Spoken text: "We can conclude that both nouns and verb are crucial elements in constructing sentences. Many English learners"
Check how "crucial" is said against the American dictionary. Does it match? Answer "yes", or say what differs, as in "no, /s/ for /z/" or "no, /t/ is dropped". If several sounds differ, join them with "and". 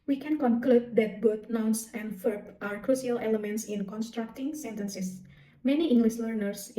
no, /s/ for /ʃ/